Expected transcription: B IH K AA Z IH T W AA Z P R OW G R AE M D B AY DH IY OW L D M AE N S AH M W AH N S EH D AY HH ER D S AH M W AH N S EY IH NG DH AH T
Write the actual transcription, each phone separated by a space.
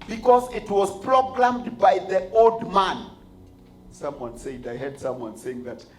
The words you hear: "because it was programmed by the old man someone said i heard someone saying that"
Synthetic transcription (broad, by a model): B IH K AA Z IH T W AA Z P R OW G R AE M D B AY DH IY OW L D M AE N S AH M W AH N S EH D AY HH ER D S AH M W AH N S EY IH NG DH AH T